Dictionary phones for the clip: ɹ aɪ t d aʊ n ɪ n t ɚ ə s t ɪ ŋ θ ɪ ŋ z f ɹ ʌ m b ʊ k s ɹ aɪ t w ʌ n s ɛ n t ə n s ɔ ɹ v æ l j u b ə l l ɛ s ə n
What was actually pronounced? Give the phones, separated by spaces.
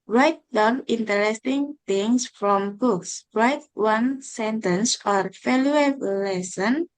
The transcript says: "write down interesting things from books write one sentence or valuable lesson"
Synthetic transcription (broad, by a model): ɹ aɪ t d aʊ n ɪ n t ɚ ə s t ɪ ŋ t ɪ ŋ s f ɹ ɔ m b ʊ k s ɹ aɪ t w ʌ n s ɛ n t ə n s ɔ ɹ f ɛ l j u ə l l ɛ s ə n